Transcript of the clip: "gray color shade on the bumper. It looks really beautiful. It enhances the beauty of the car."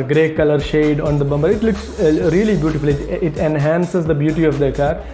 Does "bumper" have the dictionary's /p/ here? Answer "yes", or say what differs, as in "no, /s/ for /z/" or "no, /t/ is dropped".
no, /b/ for /p/